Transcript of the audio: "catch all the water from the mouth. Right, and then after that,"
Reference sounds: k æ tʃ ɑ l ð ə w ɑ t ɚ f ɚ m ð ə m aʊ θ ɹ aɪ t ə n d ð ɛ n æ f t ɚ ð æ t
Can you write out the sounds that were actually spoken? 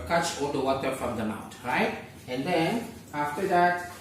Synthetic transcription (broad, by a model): k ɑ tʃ ɑ l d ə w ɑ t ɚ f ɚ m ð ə m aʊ t ɹ aɪ t ə n d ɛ n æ f t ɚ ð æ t